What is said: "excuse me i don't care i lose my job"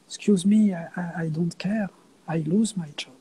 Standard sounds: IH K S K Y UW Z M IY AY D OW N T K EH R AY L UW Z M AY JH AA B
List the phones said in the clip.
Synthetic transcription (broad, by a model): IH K S K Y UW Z M IY AY D OW N T K EH R AY L UW Z M AY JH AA